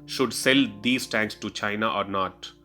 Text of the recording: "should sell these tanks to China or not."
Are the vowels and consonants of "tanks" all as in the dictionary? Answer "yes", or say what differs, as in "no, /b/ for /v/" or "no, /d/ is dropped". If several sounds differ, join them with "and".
yes